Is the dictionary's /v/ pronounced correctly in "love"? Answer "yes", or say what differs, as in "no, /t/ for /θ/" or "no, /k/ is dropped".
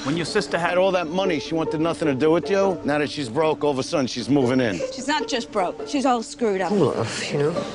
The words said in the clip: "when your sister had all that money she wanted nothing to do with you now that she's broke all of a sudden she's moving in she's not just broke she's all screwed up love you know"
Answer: no, /f/ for /v/